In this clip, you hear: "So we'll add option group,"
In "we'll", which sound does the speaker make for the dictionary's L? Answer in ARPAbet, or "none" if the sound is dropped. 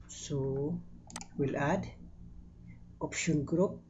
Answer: L